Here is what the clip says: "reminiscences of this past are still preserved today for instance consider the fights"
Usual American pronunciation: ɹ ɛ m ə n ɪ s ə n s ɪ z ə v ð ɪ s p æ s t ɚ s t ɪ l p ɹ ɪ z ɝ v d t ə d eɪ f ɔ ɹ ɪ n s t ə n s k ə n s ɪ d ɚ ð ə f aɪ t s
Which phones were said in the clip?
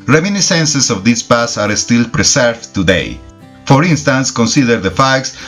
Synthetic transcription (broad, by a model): ɹ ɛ m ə n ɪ s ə n s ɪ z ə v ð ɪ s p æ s t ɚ s t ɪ l p ɹ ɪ s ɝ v t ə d eɪ f ɔ ɹ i n s t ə n s k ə n s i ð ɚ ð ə f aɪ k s